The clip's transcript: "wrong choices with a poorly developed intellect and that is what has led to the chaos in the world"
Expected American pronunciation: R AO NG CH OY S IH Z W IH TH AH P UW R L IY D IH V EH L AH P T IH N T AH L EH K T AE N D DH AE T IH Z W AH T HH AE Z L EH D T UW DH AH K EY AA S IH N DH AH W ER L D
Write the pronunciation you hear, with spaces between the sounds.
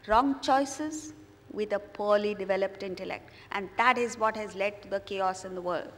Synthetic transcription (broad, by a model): R AO NG CH OY S IH Z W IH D AH P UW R L IY D IH V EH L AH P T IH N T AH L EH K T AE N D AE T IH Z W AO T HH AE Z L EH D T UW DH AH K EY AA S IH N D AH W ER L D